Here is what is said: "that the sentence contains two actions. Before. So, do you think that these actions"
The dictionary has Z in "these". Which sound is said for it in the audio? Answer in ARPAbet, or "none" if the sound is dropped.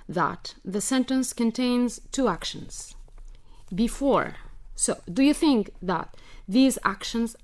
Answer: Z